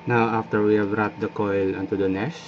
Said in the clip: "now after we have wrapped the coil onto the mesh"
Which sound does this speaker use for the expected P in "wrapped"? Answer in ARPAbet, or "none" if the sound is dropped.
none